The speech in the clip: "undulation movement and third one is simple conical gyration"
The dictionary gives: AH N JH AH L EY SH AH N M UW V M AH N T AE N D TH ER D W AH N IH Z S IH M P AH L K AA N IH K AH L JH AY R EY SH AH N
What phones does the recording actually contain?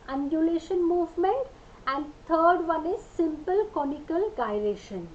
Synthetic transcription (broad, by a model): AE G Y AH L EY SH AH N M UW V M AH N T AE N D T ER D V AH N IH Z S IH M P AH L K AA N IH K AH L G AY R EY SH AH N